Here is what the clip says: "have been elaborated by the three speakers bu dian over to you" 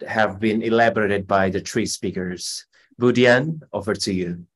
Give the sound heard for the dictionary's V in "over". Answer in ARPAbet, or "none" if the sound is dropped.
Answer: F